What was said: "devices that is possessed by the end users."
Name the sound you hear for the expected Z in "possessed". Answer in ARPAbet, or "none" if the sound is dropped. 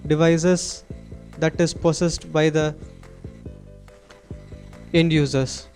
S